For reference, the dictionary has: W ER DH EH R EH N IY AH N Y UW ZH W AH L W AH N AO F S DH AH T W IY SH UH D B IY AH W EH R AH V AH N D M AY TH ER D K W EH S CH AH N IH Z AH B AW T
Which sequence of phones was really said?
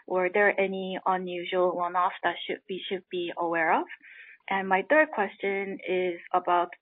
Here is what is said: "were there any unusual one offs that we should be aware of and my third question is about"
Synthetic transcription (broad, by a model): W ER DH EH R EH N IY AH N Y UW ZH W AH L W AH N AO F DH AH T W IY SH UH D B IY AH W EH R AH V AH N M AY TH ER D K W EH S CH AH N IH Z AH B AW T